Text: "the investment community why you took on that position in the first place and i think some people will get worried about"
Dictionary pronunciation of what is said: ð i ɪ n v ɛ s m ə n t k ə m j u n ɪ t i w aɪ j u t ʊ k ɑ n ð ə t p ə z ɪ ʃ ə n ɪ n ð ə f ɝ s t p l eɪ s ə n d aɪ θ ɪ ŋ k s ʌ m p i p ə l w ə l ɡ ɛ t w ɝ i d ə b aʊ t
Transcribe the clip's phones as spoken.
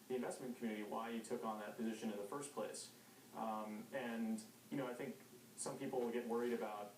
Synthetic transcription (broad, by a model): ð i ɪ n v ɛ s m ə n k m j u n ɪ t i w aɪ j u t ʊ k n ð ə t p ə z ɪ ʃ ə n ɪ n ð ə f ɝ s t p l eɪ s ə n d aɪ θ ɪ ŋ k s ʌ m p i p l w ə l ɡ ɛ t w ɝ i d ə b aʊ t